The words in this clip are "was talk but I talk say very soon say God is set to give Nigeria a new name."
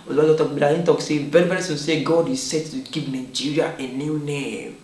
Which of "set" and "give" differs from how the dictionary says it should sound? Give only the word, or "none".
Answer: give